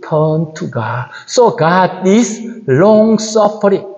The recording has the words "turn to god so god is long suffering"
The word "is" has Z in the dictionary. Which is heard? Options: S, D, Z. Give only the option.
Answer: S